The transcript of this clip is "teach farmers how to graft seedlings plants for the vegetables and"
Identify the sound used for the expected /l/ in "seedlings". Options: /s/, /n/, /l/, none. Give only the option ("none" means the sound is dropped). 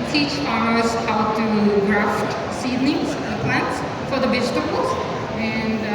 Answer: /n/